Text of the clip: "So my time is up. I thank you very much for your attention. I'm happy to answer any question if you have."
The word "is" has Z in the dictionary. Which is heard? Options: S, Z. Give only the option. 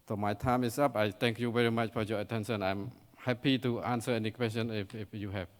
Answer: S